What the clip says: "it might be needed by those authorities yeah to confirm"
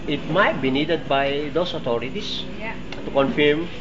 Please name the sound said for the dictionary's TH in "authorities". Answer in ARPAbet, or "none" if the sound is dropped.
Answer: T